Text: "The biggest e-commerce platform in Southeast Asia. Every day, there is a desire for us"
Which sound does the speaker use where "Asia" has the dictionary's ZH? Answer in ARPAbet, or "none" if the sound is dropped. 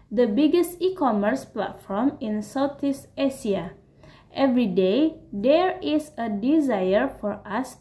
S